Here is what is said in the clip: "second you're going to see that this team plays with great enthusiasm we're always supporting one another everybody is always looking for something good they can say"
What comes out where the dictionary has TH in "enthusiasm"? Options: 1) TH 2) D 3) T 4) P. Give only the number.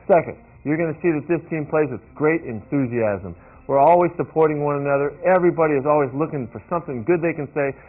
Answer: 1